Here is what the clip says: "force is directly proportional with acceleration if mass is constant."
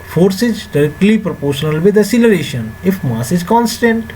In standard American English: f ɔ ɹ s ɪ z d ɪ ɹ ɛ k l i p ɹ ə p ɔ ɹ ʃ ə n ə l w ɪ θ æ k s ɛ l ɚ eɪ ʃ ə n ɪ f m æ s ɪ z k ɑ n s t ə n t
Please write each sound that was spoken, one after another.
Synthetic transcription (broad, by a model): f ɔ ɹ s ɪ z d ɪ ɹ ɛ k l i p ɹ ə p ɔ ɹ ʃ ə n ə l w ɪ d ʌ s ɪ l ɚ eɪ ʃ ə n ɪ f m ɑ s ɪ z k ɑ n s t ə n t